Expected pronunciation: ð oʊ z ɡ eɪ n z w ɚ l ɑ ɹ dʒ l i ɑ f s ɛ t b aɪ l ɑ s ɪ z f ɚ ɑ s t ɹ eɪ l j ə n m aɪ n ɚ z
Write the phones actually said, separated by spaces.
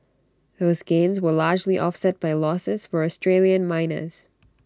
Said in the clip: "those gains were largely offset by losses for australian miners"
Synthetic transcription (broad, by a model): ð oʊ z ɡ eɪ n z w ɚ l ɑ ɹ dʒ l i ɑ f s ɛ t b aɪ l ɑ s ɪ z f ɚ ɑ s t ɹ eɪ l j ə n m aɪ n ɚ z